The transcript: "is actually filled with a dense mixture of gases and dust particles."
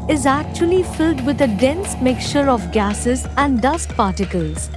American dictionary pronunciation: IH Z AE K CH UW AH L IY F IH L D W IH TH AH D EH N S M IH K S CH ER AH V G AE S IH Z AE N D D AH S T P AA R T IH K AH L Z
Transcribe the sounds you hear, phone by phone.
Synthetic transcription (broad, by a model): IH Z AE K CH UW AH L IY F IH L D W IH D AH D EH N S M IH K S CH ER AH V G AE S IH Z AE N D D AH S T P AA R T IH K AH L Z